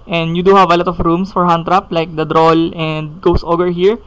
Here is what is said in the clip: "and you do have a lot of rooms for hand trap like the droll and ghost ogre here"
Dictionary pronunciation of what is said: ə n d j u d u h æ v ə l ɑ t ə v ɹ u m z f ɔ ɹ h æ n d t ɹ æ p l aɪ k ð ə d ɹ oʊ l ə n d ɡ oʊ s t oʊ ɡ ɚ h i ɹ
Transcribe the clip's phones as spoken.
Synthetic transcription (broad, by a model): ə n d j u d u h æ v ə l ɑ t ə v ɹ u m s f ɔ ɹ h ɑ n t ɹ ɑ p l aɪ k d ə d ɹ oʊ l ə n d ɡ oʊ s t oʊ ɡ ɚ h i ɹ